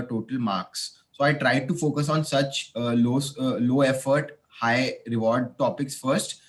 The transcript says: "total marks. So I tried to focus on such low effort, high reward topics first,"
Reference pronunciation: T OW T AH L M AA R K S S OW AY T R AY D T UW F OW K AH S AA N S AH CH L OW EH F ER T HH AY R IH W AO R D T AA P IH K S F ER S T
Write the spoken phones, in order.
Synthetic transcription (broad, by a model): T OW T AH L M AA R K S S OW AY T R AY D T UW F OW K AH S AA N S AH CH L OW EH F ER T HH AY R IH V AO R D T AA P IH K S F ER S T